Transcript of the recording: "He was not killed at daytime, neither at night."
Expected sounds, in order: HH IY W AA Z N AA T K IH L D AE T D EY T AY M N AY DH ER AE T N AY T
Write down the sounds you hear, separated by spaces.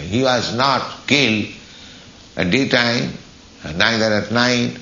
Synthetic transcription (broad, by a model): HH IY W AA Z N AA T K IH L D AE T D EY T AY M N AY ER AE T N AY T